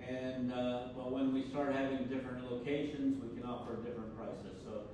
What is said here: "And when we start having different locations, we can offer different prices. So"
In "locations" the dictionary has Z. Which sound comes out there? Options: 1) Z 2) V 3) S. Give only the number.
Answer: 1